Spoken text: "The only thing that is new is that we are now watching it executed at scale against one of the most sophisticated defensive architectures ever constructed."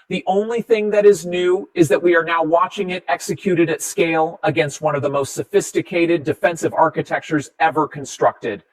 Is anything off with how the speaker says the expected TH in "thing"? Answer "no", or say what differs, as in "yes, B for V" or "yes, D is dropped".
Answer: no